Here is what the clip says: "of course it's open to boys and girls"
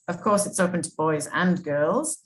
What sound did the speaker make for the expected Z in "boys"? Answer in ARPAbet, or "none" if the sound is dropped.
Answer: Z